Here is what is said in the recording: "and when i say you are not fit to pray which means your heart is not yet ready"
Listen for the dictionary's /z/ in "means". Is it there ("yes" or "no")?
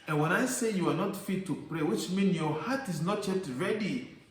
no